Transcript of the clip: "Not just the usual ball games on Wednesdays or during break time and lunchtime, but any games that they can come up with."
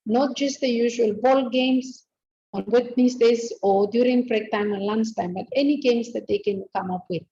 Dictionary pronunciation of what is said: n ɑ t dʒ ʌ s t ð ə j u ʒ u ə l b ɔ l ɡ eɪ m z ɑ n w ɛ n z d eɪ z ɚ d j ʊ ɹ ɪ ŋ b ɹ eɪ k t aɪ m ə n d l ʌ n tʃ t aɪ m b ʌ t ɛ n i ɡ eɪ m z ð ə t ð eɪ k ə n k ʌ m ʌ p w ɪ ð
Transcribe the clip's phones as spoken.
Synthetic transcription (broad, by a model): n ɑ t dʒ ʌ s t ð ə j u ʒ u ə l b ɔ l ɡ eɪ m s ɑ n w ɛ n s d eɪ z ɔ d j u ɹ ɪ ŋ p ɹ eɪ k t aɪ m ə n l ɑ n s t aɪ m b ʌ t ɛ n i ɡ eɪ m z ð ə t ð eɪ k ə n k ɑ m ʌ p w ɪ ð